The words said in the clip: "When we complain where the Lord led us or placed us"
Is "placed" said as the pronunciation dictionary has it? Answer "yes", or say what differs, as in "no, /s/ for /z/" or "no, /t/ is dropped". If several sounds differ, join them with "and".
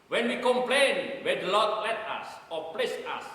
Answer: no, /t/ is dropped